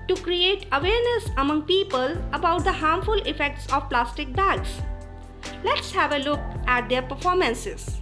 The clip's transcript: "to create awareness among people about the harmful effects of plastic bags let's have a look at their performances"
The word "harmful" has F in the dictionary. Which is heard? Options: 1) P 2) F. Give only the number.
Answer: 2